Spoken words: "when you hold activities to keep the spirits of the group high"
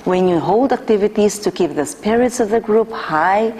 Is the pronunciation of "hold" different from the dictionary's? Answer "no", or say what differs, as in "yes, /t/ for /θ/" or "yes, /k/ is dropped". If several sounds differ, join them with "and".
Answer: no